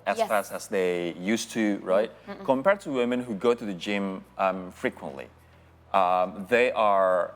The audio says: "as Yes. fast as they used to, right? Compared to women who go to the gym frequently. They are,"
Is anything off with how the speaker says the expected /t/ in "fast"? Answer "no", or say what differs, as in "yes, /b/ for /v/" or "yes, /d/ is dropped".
yes, /t/ is dropped